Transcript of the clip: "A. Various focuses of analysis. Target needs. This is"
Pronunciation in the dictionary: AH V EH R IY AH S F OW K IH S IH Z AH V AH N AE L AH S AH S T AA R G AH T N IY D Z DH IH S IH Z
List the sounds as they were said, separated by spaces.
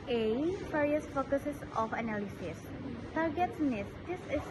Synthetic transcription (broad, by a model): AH F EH R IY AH S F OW K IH S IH S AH F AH N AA L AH S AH S T AA R G AH T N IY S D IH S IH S